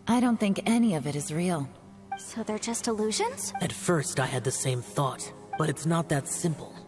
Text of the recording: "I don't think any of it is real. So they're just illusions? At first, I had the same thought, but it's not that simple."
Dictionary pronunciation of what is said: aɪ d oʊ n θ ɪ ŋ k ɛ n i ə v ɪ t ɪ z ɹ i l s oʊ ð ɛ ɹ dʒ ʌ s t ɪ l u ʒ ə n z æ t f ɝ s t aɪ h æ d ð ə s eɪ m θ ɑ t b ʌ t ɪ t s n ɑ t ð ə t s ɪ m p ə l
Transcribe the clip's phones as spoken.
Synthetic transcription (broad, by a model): aɪ d oʊ n θ ɪ ŋ k ɛ n i ə v ɪ t ɪ z ɹ i l s oʊ ð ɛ ɹ dʒ ʌ s t ɪ l u ʒ ə n z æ t f ɝ s t aɪ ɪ d ð ə s eɪ m θ ɑ t b ʌ t ɪ t s n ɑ t ð ə t s ɪ m p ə l